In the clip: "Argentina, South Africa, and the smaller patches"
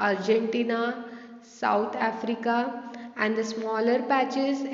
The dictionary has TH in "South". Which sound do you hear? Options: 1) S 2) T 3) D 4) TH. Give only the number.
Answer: 2